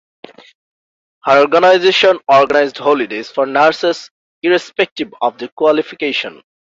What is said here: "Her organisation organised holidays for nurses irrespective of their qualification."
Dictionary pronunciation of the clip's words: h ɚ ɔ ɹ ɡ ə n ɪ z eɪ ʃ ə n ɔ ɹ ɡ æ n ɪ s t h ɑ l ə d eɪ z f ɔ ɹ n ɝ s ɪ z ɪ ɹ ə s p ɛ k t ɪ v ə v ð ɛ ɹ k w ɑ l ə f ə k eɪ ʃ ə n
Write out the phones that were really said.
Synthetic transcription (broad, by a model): h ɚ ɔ ɹ ɡ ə n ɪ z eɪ ʃ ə n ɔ ɹ ɡ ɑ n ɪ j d h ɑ l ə d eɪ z f ɔ ɹ n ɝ s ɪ s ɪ ɹ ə s p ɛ k t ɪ b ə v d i k w ɑ l ə f ə k eɪ ʃ ə n